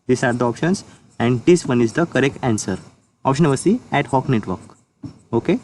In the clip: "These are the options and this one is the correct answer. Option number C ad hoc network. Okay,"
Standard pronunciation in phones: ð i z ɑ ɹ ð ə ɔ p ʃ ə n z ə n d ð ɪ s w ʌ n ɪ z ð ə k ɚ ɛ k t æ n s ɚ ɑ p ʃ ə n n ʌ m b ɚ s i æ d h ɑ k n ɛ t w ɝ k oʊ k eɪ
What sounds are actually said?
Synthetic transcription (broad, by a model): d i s ɑ ɹ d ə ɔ p ʃ ə n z ə n d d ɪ s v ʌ n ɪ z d ə k ɚ ɛ k t æ n s ɚ ɑ p ʃ ə n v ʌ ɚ s i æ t h ɑ k n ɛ t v ɝ k oʊ k eɪ